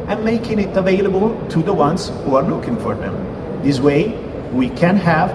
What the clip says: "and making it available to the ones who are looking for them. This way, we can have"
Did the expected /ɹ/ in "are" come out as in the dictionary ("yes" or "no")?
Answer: yes